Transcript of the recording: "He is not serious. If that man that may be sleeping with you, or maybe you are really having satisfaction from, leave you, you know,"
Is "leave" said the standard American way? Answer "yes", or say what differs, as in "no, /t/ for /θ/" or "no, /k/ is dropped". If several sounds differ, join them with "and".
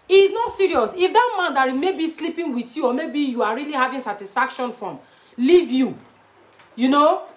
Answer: yes